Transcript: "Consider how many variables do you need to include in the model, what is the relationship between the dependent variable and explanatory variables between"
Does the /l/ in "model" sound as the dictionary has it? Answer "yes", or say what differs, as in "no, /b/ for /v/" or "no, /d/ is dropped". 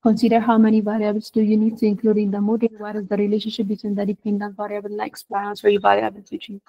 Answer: no, /n/ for /l/